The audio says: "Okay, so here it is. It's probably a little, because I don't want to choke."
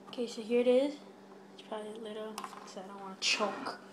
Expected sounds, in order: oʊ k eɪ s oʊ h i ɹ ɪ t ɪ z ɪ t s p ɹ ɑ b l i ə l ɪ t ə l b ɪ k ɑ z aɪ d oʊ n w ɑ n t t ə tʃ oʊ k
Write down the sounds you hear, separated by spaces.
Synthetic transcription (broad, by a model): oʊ k eɪ s oʊ h i ɹ ɪ t ɪ z ɪ t s p ɹ ɑ b l i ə l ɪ t l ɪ ɑ ɪ d oʊ n w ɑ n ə tʃ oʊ k